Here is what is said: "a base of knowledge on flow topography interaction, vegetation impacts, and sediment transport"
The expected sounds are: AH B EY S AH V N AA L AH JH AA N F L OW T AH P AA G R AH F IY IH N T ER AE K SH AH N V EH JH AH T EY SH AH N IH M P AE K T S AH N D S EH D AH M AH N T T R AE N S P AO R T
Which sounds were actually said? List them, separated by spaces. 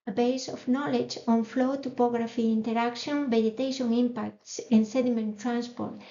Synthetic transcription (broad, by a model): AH B EY S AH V N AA L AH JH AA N F L OW T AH P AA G R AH F IY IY N T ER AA K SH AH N B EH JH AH T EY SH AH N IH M P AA K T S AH N S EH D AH M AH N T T R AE N S P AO R T